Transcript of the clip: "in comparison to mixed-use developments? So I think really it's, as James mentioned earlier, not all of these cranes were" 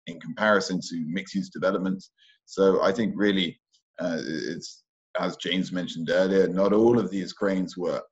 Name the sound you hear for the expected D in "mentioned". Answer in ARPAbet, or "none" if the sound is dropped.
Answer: D